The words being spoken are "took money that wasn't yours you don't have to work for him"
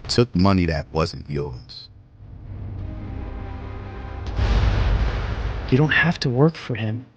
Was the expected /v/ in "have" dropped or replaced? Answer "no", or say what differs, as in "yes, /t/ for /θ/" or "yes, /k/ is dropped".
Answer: yes, /f/ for /v/